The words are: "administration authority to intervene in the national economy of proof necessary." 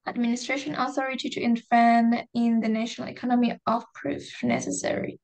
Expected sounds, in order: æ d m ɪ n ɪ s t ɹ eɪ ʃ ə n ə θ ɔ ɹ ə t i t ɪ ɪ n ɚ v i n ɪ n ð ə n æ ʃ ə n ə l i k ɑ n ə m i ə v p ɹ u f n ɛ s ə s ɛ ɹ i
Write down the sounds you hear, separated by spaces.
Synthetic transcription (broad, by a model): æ d m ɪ n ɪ s t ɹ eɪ ʃ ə n ə θ ɔ ɹ ə t i t ɪ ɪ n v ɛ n ɪ n ð ə n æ ʃ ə n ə l i k ɑ n ə m i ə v p ɹ u f n ɛ s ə s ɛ ɹ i